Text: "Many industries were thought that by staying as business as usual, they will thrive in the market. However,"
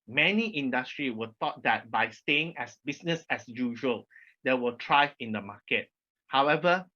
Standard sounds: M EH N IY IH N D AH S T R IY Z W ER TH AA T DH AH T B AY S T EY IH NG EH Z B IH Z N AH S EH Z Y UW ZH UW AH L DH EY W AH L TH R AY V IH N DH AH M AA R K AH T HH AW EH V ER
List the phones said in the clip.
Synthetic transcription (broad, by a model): M EH N IY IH N D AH S T R IY W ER T AA T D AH T B AY S T EY IH NG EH S B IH S N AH S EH S Y UW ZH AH L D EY W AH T R AY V IH N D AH M AA K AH T HH AW EH V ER